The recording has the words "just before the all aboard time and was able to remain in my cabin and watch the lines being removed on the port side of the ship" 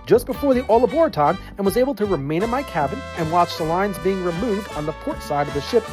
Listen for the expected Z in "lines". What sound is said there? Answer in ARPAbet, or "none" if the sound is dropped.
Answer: Z